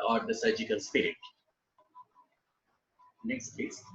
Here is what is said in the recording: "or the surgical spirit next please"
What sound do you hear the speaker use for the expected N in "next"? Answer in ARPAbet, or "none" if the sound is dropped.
N